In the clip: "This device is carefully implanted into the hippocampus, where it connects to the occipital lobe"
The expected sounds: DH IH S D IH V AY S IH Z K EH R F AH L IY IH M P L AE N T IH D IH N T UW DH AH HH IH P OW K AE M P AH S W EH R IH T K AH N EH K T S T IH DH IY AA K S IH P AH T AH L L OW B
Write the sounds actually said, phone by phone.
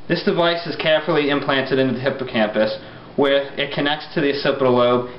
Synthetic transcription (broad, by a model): DH IH S D IH V AY S IH Z K EH R F L IY IH M P L AE N T IH D IH N T UW DH AH HH IH P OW K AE M P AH S W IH R IH T K AH N EH K T S T IH DH IY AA S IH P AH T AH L L OW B